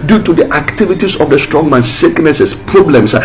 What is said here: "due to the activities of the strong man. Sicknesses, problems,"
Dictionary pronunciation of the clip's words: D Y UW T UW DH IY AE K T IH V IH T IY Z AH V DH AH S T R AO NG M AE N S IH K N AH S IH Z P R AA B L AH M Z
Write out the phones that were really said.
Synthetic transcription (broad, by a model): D Y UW T UW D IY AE K T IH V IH T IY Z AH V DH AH S T R AO NG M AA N S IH K N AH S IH S P R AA B L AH M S